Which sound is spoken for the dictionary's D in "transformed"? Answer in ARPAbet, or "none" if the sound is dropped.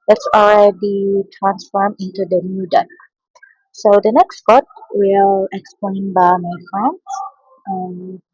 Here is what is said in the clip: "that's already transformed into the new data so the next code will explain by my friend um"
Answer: none